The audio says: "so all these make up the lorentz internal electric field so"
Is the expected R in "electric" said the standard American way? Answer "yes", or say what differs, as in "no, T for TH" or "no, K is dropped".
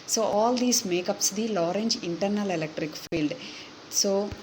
yes